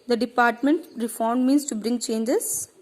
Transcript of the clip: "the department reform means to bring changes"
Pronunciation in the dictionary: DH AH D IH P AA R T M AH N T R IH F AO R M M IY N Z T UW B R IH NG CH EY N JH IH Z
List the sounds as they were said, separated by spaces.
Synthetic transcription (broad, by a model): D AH D IH P AA R T M AH N T R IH F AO R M M IY N S T UW B R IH NG CH EY N JH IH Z